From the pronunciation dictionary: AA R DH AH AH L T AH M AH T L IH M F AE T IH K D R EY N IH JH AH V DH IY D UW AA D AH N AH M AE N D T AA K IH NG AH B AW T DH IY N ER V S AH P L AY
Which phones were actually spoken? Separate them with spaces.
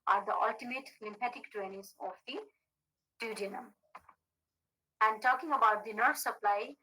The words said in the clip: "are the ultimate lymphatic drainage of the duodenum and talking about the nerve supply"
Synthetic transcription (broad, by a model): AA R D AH AH L T AH M AH T L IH M P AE T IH K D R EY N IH Z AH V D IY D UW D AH N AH M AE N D T AA K IH NG AH B AW T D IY N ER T S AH P L AY